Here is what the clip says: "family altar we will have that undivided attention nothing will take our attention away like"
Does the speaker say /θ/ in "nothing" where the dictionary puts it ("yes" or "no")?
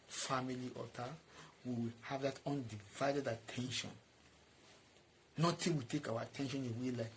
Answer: no